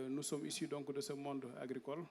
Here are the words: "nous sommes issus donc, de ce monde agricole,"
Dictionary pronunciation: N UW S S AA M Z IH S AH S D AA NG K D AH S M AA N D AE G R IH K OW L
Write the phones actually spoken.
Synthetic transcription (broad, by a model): N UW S S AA M IY S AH D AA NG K D AH S M AA N D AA G R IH K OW L